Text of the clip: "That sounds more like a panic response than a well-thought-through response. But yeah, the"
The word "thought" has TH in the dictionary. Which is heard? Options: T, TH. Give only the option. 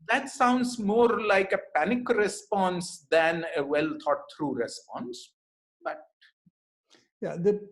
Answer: T